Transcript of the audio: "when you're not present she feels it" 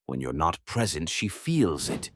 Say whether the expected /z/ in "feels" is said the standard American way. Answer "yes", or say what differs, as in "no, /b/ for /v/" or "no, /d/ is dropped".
yes